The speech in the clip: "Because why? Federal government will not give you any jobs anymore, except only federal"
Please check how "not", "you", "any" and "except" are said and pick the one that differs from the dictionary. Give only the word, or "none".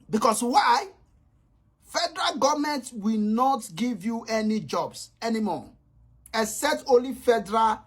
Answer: except